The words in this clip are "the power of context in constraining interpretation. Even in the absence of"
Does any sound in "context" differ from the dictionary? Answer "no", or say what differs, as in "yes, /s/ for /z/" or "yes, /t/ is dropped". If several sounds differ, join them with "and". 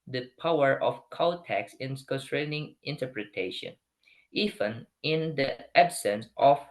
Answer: yes, /n/ is dropped and /t/ is dropped